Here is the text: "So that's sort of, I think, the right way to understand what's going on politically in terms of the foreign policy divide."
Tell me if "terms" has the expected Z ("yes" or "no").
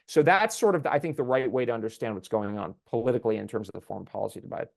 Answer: yes